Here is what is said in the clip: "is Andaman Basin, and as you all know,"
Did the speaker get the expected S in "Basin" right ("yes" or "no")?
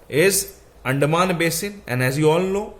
yes